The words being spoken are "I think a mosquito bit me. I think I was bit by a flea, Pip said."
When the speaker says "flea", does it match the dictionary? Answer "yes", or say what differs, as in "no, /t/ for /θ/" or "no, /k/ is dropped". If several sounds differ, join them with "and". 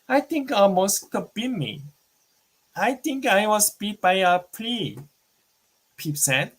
no, /p/ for /f/